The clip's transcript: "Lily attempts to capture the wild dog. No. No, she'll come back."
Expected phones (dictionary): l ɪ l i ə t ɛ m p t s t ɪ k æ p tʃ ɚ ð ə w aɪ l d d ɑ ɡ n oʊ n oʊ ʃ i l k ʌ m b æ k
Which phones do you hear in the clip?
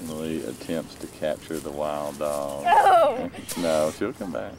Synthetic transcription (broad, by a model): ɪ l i ə t ɛ m p t s t ɪ k æ p tʃ ɚ ð ə w aɪ l d d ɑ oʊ n oʊ ʃ i l k ʌ m b æ k